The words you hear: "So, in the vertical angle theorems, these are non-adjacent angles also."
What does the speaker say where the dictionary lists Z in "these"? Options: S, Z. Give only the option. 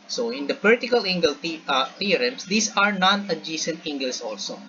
S